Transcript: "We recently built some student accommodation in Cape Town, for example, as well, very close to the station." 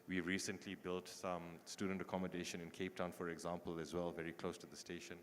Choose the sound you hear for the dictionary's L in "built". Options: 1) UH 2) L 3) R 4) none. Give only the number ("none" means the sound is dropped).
2